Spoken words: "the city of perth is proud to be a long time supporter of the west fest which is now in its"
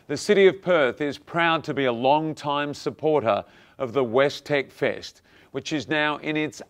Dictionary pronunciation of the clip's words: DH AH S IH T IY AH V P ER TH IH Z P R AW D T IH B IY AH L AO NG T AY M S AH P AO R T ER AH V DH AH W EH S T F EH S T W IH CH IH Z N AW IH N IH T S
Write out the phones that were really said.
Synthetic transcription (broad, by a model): DH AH S IH T IY AH V P ER TH IH Z P R AW D T IH B IY AH L AO NG T AY M S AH P AO R T ER AH V DH AH W EH S T F EH S T W IH CH IH Z N AW IH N IH T S